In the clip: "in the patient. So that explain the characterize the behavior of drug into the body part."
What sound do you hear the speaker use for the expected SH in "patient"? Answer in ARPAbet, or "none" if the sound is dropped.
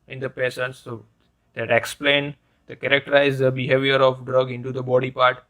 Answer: S